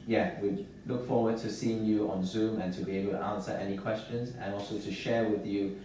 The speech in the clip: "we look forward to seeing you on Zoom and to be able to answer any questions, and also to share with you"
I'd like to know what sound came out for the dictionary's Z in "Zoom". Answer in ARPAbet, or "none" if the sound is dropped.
Z